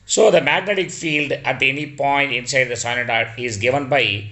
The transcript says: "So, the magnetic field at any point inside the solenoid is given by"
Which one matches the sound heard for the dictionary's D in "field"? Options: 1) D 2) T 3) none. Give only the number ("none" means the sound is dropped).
1